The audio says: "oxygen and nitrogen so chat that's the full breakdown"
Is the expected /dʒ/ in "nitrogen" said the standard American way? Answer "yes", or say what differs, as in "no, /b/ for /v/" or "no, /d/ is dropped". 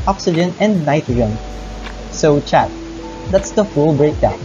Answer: no, /dʒ/ is dropped